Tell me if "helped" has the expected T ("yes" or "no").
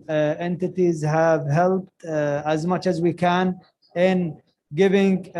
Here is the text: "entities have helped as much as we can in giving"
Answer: yes